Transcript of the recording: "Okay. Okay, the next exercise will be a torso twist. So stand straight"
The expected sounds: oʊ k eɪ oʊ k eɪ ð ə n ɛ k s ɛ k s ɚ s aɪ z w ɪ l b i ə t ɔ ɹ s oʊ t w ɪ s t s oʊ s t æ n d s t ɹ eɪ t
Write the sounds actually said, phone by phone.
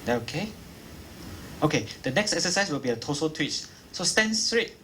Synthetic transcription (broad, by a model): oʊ k eɪ oʊ k eɪ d ə n ɛ k s ɛ k s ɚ s aɪ s w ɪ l b i ə t ɔ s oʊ t w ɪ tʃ s oʊ s t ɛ n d s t ɹ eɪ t